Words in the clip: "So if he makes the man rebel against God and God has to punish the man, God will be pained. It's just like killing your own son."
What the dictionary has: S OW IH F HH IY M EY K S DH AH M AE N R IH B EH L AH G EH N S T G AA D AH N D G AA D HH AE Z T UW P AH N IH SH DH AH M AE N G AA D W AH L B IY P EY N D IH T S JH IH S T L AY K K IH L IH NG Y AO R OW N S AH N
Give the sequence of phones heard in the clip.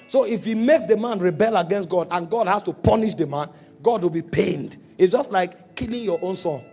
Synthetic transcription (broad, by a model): S OW IH F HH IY M EY K S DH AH M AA N R IH B EH L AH G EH N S T G AA D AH N G AA D HH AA S T UW P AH N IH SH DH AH M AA N G AA D W AH L B IY P EY N D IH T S JH IH S T L AY K K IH L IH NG Y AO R OW N S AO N